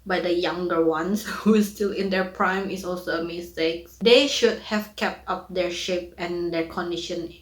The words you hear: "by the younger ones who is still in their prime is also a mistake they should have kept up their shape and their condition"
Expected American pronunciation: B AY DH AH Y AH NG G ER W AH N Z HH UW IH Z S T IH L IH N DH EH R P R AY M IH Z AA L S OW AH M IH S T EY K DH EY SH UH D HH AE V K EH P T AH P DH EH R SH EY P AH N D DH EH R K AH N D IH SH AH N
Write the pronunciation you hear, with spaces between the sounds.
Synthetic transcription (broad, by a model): B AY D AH Y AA NG G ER W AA N S HH UW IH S T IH L IH N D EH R P R AY M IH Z AA L S OW AH M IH S T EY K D EY SH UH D HH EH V K EH P T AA P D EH R SH EY P AH N D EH R K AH N D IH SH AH N